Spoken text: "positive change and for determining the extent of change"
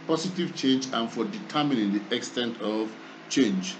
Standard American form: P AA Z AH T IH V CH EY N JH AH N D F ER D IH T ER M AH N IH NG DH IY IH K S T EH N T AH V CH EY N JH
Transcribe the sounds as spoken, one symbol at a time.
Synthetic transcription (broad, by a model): P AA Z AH T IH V CH EY N JH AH N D F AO D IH T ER M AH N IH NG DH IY IH K S T EH N T AH V CH EY N JH